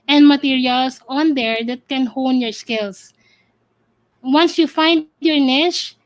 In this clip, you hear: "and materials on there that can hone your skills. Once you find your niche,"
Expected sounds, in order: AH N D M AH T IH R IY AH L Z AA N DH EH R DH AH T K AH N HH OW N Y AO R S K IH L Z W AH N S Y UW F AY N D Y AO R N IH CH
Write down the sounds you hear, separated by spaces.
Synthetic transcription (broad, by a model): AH N D M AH T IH R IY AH L S AA N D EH R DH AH T K AH N HH OW N Y AO R S K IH L S W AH N S Y UW F AY N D Y AO R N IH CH